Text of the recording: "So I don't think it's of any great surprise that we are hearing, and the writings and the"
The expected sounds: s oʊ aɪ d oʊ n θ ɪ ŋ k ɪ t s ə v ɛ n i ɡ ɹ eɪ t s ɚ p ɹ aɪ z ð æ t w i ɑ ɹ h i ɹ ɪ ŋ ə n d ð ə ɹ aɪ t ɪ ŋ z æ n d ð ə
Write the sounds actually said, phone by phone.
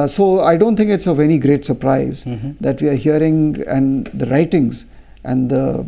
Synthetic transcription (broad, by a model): s oʊ aɪ d oʊ n t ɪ ŋ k ɪ t s ə v ɛ n i ɡ ɹ eɪ t s ɚ p ɹ aɪ z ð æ t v i ɑ ɹ h i ɹ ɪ ŋ ə n d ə ɹ aɪ t ɪ ŋ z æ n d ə